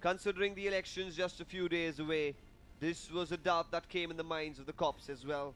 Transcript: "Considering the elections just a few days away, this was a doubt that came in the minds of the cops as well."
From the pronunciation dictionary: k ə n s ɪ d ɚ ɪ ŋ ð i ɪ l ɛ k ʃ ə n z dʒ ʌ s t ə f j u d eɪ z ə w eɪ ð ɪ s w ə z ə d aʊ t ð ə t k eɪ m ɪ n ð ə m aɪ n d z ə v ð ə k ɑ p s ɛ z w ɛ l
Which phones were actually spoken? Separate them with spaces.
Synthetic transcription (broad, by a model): k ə n s ɪ d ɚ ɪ ŋ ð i ɪ l ɛ k ʃ ə n z dʒ ʌ s t ə f j u d eɪ z ə w eɪ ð ɪ s w ə z ə d aʊ t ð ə t k eɪ m ɪ n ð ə m aɪ n d z ə v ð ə k ɑ p s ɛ z w ɛ l